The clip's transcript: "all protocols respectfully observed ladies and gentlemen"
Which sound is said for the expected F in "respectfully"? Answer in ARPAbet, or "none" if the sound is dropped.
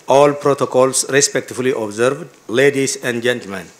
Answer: none